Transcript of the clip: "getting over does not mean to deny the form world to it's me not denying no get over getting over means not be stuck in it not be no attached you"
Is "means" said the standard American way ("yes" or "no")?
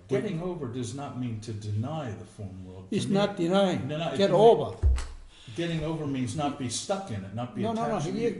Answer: yes